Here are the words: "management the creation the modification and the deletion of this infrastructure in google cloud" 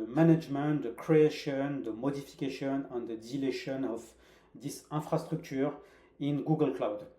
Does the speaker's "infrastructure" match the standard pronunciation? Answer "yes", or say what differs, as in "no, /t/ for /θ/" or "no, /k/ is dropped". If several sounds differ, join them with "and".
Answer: no, /n/ is dropped